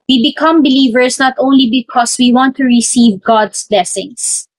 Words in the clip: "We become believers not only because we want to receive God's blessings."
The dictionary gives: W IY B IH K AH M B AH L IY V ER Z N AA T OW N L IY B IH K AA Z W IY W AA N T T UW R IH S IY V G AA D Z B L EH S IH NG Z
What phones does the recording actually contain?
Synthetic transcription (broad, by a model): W IY B IH K AH M B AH L IY V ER S N AA T OW N L IY B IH K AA S W IY W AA N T T UW R IH S IY V G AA D S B L EH S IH NG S